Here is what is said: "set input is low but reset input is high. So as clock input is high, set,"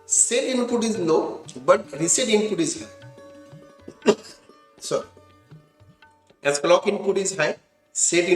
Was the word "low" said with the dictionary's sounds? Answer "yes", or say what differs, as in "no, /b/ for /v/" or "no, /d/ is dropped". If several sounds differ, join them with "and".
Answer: no, /n/ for /l/